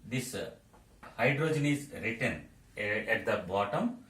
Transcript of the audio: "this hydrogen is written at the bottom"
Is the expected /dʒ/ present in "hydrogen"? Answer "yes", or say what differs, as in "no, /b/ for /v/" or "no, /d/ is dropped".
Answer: yes